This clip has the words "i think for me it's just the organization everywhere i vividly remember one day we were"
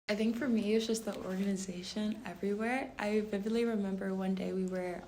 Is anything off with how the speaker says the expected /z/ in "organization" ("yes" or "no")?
no